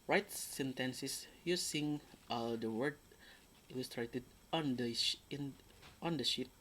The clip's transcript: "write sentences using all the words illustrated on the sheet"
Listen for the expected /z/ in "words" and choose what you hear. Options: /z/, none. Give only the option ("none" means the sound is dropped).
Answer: none